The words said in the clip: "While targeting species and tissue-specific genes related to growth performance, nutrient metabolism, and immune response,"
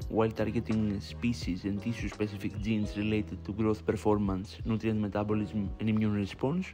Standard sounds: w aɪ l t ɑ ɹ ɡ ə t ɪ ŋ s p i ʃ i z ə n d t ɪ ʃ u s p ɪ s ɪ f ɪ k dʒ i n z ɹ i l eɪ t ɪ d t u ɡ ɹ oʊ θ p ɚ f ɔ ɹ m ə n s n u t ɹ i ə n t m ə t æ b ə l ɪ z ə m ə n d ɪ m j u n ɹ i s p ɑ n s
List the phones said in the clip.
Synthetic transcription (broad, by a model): w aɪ l t ɑ ɹ ɡ ə t ɪ ŋ s p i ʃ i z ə n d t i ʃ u s p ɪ s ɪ f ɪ k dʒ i n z ɹ i l eɪ t ɪ d t u ɡ ɹ oʊ θ p ɚ f ɔ ɹ m ə n s n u t ɹ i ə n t m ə t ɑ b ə l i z m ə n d ɪ m j u n ɹ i s p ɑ n s